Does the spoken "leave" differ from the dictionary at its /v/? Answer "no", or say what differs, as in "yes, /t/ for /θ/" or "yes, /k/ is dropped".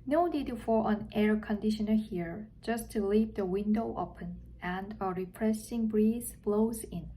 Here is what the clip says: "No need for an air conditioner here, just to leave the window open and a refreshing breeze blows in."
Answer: yes, /p/ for /v/